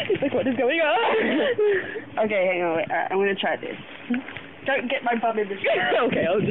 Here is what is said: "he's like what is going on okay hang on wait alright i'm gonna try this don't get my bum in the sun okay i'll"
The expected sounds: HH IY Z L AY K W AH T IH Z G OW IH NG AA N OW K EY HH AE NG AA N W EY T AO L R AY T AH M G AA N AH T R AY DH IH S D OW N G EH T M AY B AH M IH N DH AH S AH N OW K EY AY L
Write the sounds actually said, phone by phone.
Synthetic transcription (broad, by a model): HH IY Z L AY K W AH T IH Z G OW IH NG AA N OW K EY HH AE NG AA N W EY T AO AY AH M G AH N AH T R AY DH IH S D OW N G EH T M AY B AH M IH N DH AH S OW K EY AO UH